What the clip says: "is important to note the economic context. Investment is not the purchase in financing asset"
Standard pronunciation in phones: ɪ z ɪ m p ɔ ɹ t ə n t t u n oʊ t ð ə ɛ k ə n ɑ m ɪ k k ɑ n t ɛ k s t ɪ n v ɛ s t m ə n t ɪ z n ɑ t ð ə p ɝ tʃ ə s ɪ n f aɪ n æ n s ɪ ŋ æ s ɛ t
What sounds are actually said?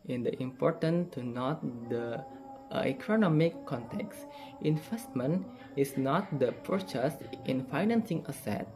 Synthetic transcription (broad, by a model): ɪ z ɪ m p ɔ ɹ t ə n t t u n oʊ t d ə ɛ k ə n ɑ m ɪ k k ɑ n t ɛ k s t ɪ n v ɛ s t m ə n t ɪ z n ɑ t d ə p ɝ tʃ ə s ɪ n f aɪ n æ n s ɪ ŋ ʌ s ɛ t